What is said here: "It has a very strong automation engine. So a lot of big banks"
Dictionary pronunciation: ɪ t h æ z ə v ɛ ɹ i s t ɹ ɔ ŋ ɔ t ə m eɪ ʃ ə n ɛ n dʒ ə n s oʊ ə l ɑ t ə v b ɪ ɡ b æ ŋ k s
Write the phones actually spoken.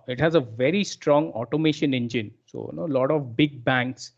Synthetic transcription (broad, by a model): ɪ t h æ z ə v ɛ ɹ i s t ɹ ɔ ŋ ɔ t ə m eɪ ʃ ə n ɛ n dʒ ə n s oʊ ə l ɑ t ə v b ɪ ɡ b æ ŋ k s